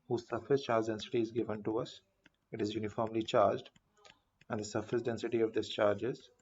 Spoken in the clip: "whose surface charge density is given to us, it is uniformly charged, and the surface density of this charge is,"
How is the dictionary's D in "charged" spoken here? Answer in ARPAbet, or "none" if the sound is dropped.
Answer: D